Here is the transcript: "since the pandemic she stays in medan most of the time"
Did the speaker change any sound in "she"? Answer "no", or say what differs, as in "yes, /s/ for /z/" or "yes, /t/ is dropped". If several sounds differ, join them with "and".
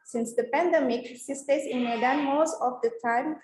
yes, /s/ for /ʃ/